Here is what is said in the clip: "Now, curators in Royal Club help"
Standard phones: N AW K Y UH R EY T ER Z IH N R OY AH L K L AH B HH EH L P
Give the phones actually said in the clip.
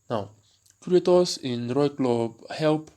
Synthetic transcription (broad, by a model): N AW K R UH EY T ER S IH N R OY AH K L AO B HH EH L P